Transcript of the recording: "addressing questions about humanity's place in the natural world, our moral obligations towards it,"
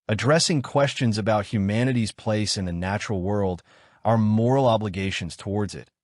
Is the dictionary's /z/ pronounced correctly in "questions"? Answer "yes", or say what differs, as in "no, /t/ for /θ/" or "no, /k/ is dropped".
yes